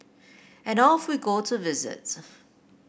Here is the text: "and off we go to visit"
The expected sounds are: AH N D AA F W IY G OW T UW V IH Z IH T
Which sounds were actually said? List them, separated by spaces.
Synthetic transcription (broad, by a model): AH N AA F W IY G OW T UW V IH Z IH T